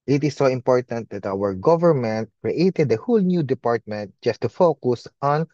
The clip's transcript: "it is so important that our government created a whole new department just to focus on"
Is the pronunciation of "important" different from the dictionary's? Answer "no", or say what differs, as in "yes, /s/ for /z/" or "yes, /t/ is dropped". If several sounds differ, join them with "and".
no